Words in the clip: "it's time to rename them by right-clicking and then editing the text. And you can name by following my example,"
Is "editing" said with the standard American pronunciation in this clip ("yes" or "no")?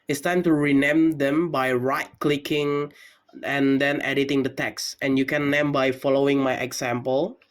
yes